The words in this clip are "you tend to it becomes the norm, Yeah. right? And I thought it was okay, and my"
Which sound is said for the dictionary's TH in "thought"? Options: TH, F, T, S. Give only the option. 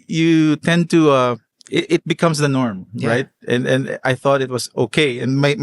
TH